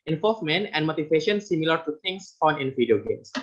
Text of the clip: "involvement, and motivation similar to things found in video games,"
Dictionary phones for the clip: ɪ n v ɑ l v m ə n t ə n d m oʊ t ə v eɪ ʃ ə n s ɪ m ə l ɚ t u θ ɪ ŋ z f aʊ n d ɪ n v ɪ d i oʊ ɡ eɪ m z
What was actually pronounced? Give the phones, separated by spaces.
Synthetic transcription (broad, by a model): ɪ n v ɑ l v m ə n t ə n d m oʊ t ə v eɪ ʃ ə n s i m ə l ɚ t u t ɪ ŋ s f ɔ n ɪ n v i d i oʊ ɡ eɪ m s